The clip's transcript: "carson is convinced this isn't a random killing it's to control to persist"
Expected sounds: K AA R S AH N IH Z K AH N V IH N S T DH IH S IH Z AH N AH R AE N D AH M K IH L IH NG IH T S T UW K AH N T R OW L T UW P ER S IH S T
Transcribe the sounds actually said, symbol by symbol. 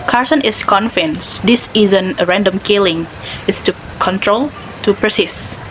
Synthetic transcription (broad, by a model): K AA R S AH N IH S K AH N F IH N S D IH S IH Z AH N AH R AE N D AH M K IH L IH NG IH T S T UW K AH N T R OW L T UW P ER S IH S